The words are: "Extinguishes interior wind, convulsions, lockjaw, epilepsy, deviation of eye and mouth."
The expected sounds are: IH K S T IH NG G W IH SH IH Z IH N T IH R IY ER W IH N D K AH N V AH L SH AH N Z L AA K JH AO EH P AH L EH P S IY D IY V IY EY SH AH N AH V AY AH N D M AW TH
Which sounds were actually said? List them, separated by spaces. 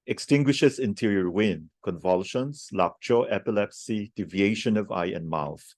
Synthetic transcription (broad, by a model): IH K S T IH NG G W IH SH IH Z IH N T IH R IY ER W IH N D K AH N V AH L SH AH N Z L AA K CH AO EH P AH L EH P S IY D IY V IY EY SH AH N AH V AY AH N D M AW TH